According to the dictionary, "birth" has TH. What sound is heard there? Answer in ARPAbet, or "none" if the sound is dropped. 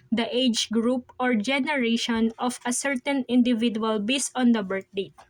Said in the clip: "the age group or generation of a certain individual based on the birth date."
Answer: T